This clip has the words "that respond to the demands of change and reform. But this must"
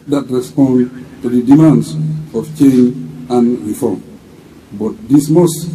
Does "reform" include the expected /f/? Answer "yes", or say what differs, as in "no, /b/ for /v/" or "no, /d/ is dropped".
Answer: yes